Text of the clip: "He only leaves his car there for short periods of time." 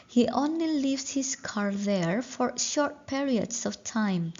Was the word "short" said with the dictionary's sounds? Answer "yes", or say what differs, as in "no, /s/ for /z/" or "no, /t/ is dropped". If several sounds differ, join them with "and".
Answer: yes